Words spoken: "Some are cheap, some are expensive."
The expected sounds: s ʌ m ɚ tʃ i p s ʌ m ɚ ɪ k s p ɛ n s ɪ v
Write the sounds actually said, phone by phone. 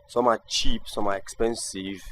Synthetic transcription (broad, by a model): s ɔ m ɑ tʃ i p s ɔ m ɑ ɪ k s p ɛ n s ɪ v